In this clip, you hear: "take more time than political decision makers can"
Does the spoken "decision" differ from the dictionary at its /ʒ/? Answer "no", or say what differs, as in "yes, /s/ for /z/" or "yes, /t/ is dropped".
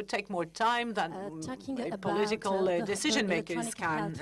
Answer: no